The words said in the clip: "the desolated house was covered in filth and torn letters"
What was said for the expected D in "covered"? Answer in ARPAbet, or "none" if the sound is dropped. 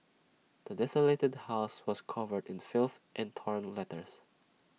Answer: D